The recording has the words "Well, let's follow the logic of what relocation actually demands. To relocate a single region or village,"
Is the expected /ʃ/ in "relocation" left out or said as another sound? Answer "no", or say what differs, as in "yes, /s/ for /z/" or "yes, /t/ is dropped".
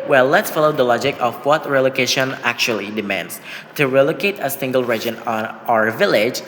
no